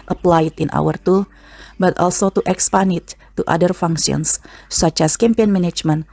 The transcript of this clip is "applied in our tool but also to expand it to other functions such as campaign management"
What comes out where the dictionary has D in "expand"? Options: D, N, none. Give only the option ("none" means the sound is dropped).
none